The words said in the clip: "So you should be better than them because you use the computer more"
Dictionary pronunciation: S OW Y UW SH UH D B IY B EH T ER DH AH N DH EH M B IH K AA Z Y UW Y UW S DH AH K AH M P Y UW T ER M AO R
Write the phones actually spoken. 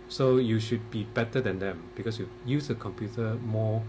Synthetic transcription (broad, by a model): S OW Y UW SH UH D B IY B EH T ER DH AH N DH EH M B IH K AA S Y UW Y UW S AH K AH M P Y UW T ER M AO